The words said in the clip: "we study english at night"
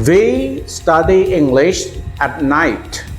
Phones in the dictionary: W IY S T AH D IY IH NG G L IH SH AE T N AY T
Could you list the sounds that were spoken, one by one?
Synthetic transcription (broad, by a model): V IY S T AH D IY IH NG G L IH SH AE T N AY T